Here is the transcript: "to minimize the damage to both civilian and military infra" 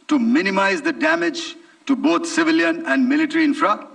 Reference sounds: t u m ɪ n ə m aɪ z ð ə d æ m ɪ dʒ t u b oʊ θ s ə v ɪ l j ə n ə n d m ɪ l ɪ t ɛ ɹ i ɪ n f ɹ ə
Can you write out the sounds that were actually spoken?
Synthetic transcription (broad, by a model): t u m ɪ n ə m aɪ z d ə d æ m ɪ dʒ t u b oʊ t s ə v ɪ l j ə n ə n d m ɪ l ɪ t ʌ ɹ i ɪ n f ɹ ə